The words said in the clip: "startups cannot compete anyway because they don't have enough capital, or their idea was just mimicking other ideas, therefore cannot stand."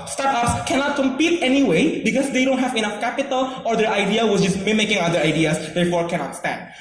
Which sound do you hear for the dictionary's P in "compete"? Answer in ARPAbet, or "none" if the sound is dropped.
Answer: P